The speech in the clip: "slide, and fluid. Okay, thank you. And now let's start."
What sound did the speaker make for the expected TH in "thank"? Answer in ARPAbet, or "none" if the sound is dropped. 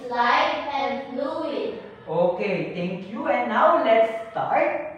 T